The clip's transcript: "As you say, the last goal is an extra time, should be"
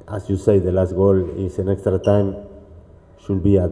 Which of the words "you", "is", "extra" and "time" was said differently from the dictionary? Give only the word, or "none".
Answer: is